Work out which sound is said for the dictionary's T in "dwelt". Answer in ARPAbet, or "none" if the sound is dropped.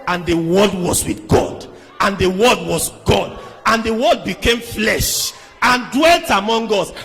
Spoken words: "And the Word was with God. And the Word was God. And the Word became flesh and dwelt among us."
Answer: T